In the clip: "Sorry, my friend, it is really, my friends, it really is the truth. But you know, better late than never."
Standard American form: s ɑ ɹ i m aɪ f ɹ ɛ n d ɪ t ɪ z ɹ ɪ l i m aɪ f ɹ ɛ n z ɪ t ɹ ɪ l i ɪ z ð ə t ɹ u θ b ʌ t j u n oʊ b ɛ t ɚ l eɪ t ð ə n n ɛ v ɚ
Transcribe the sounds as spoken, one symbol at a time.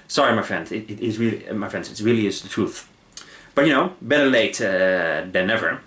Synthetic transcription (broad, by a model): s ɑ ɹ i m aɪ f ɹ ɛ n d ɪ t ɪ z ɹ ɪ l i m aɪ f ɹ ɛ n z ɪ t ɹ ɪ l i ɪ z ð ə t ɹ u θ b ʌ t j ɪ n oʊ b ɛ t ɚ l eɪ t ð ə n n ɛ v ɚ